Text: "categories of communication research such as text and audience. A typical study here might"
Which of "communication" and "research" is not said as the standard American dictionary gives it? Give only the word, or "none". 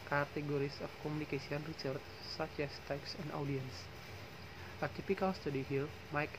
communication